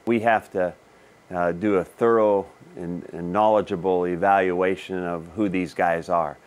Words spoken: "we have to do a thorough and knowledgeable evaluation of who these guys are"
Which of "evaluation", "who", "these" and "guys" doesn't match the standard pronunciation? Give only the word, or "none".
none